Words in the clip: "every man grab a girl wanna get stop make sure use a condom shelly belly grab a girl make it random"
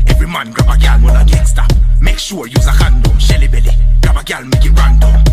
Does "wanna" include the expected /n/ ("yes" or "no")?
no